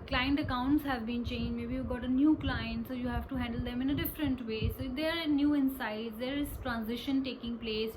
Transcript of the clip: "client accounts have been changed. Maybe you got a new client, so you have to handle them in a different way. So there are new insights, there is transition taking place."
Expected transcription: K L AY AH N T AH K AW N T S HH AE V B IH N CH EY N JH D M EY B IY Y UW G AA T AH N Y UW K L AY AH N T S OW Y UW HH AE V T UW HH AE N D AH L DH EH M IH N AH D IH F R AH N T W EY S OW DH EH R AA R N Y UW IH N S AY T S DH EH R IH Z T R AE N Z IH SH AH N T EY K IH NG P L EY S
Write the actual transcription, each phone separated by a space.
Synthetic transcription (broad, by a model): K L AY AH N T AH K AW N T S HH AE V B IH N CH EY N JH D M EY B IY Y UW G AA T AH N Y UW K L AY AH N T S OW Y UW HH AE V T UW HH AE N D AH L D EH M IH N AH D IH F R AH N T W EY S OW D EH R AA R N Y UW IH N S AY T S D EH R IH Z T R AE N Z IH SH AH N T EY K IH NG P L EY S